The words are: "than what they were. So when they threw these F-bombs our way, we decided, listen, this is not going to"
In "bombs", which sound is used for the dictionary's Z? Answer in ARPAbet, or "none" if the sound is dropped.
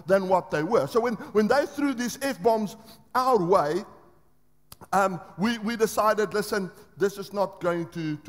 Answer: Z